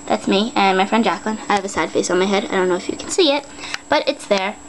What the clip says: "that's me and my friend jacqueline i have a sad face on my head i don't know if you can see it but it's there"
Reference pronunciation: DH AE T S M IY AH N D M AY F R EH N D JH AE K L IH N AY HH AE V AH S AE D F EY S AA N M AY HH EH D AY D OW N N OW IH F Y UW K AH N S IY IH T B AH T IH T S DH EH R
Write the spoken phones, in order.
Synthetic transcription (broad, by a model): DH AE T S M IY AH N M AY F R EH N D JH AE K L IH N AY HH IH V AH S AE D F EY S N M AY HH EH D AY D OW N N OW IH F Y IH K N S IY IH T B AH T IH T S DH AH R